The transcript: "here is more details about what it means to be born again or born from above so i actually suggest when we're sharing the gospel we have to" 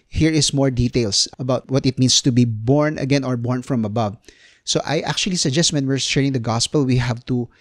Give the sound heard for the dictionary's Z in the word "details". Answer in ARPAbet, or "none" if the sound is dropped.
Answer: S